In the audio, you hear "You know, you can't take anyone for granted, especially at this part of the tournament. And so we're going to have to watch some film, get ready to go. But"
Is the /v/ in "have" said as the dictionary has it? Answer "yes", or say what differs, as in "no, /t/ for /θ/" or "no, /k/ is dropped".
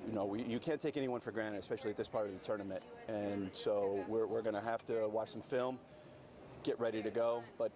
no, /f/ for /v/